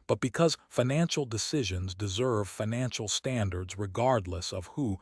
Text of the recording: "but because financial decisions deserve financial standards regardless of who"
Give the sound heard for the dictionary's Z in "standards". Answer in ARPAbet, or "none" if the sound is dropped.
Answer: Z